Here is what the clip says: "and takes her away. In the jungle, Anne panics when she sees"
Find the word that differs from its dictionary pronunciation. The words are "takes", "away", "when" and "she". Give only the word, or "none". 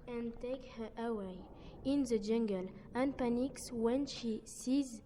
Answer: takes